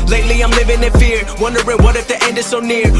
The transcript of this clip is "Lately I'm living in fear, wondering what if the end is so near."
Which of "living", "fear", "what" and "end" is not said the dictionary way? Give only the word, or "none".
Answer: none